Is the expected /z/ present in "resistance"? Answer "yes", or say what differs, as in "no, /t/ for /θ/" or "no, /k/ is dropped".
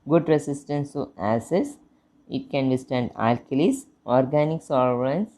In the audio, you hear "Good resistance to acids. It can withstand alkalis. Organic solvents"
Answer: no, /s/ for /z/